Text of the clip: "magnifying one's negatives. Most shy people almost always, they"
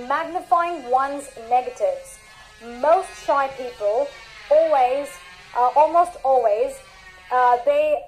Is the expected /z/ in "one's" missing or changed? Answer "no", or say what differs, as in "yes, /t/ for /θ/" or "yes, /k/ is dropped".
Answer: no